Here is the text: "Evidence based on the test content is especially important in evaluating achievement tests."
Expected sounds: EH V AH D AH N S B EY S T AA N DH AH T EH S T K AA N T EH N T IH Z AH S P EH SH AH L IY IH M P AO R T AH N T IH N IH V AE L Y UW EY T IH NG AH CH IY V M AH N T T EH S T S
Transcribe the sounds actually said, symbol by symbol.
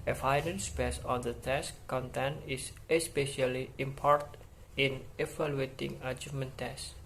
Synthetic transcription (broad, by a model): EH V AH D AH N S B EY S AA N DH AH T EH S K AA N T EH N IH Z AH S P EH SH AH L IY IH M P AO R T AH N IH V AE L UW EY T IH NG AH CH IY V M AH N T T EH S S